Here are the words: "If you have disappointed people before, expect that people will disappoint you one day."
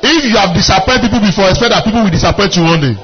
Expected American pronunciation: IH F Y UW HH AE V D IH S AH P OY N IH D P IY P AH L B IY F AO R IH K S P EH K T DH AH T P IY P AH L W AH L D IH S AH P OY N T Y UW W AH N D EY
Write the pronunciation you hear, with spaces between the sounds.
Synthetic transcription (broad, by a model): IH F Y UW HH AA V D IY S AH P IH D P IY P AH L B IY F AO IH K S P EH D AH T P IY P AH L W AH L D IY S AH P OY T Y UW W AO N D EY